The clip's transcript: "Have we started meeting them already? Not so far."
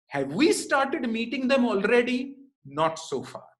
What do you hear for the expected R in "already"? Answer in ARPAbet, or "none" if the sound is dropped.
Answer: R